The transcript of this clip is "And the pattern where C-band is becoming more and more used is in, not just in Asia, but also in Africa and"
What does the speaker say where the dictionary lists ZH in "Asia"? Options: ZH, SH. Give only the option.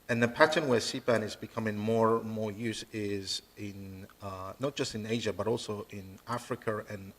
ZH